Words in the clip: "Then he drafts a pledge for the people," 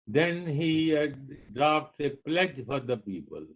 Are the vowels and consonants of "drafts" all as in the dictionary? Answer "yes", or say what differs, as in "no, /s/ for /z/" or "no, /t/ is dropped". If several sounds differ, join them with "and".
no, /p/ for /f/